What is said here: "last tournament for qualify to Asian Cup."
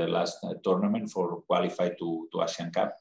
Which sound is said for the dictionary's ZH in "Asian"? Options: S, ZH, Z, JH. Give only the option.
S